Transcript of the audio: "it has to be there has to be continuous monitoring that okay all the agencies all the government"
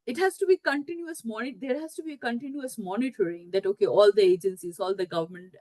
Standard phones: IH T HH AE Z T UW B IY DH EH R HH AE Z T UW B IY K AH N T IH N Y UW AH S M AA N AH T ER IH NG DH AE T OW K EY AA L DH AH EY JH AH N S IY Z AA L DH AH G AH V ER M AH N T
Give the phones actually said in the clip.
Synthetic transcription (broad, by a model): IH T HH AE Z T UW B IY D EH R HH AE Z T UW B IY K AH N T IH N Y UW AH S M AA N AH T ER IH NG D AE T OW K EY AA L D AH EY JH AH N S IY Z AA L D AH G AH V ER M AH N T